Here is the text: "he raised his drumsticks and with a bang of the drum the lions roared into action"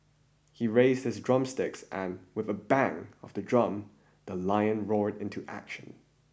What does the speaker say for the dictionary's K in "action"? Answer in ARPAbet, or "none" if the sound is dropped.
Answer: K